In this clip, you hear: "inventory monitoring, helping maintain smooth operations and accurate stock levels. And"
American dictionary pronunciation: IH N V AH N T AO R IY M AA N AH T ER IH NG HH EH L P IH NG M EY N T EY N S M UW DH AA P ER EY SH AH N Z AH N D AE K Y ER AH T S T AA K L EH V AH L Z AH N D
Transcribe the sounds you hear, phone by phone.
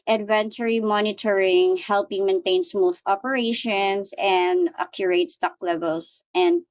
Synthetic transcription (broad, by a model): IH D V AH N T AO R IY M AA N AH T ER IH NG HH EH L P IH NG M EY N T EY N S M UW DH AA P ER EY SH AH N S AH N D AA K Y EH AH T S T AA K L EH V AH L S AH N D